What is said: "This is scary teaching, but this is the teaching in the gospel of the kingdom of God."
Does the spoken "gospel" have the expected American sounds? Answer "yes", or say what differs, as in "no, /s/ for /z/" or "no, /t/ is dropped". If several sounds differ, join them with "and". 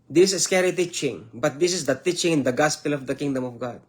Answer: yes